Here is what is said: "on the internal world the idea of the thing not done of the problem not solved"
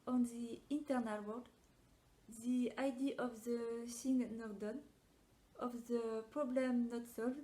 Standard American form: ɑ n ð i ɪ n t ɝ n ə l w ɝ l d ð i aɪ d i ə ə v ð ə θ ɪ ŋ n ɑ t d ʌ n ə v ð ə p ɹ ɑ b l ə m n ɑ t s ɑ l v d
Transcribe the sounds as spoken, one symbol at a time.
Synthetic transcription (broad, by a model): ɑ n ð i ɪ n t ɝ n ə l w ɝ d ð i aɪ d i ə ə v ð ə s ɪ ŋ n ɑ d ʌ n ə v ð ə p ɹ ɑ b l ə m n ɑ t s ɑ l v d